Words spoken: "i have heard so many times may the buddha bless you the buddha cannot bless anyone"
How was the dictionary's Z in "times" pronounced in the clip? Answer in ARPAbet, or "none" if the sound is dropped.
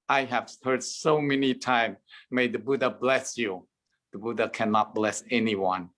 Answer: none